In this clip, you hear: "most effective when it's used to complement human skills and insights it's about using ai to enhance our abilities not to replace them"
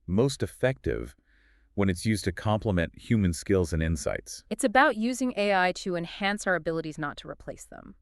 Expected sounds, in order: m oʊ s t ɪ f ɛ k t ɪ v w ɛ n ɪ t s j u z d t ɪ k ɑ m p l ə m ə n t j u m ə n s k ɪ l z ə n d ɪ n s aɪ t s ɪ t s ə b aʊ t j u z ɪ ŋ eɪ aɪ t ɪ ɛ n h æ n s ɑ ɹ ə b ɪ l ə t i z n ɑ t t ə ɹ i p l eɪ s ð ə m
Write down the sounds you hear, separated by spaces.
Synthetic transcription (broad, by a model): m oʊ s t ɪ f ɛ k t ɪ v w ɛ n ɪ t s j u z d t ɪ k ɑ m p l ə m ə n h j u m ə n s k ɪ l z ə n ɪ n s aɪ t s ɪ t s ə b aʊ t j u z ɪ ŋ eɪ aɪ t ɪ ɛ n h æ n s ɑ ɹ ə b ɪ l ə t i z n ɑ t t ə ɹ i p l eɪ s ð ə m